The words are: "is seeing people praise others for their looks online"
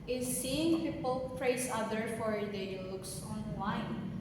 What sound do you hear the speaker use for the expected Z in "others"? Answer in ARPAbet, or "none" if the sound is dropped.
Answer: none